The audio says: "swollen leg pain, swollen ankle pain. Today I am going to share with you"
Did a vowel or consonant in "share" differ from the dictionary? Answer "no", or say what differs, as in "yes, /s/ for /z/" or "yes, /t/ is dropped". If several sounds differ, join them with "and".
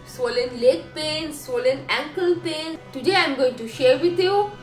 no